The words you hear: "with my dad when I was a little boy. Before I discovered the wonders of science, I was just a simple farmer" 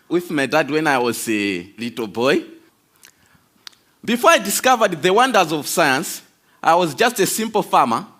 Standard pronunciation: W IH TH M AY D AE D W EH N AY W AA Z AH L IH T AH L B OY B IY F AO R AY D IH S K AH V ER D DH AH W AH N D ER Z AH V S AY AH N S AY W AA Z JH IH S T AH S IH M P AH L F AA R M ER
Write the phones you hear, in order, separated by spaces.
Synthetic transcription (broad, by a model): W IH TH M AY D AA D W EH N AY W AA Z AH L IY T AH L B OY B IY F AO R AY D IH S K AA V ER D DH AH W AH N D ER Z AH V S AY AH N S AY W AA Z JH IH S T AH S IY M P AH L F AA M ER